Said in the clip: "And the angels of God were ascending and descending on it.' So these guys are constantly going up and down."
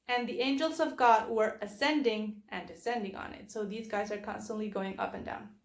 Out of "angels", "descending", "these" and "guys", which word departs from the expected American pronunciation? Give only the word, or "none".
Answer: none